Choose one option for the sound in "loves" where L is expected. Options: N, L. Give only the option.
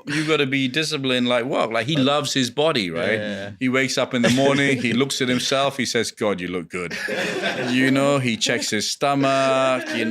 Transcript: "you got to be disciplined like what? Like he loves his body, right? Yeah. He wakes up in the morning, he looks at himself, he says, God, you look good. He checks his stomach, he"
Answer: L